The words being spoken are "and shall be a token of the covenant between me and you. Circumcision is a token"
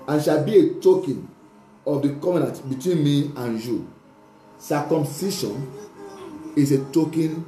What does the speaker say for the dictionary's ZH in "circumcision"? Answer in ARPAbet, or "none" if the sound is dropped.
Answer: SH